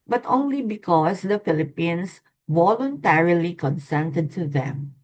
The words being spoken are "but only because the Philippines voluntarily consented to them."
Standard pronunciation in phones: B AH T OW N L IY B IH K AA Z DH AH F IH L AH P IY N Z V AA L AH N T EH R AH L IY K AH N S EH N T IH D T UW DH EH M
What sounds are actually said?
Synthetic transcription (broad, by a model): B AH T OW N L IY B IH K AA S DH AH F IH L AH P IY N S V AA L AH N T EH R AH L IY K AH N S EH N T IH D T UW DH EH M